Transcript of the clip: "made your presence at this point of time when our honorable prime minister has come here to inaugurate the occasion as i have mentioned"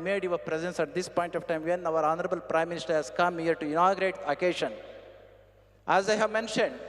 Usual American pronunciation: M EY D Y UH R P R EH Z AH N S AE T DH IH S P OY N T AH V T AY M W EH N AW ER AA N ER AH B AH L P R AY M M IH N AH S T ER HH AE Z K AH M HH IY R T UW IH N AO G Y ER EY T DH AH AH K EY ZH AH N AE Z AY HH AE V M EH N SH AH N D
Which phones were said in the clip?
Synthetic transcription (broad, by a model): M EY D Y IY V P R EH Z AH N S AE T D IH S P OY N T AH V T AY M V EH N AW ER AA N ER AH B AH L P R AY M M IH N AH S T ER HH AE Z K AH M HH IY R T UW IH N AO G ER EY T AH K EY SH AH N AE Z AY HH AE V M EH N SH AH N D